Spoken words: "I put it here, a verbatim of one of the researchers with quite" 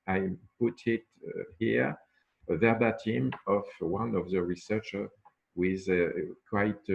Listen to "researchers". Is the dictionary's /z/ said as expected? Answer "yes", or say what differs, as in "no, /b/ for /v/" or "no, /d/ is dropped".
no, /z/ is dropped